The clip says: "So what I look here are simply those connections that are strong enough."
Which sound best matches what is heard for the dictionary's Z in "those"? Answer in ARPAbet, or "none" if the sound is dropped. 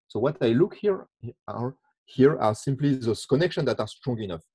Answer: none